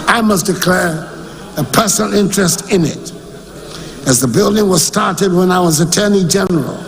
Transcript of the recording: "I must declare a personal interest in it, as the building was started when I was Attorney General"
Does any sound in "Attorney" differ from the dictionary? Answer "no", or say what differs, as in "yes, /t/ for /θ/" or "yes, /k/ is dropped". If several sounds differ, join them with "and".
no